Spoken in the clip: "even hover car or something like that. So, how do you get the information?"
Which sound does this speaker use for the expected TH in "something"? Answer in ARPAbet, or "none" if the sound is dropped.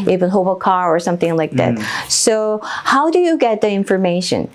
TH